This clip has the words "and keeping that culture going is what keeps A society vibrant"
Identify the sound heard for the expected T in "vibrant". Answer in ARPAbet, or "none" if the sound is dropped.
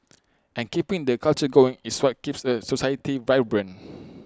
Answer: none